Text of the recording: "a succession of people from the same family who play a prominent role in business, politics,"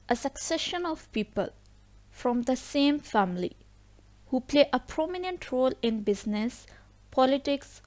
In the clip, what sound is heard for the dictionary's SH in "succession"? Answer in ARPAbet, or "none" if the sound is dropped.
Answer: SH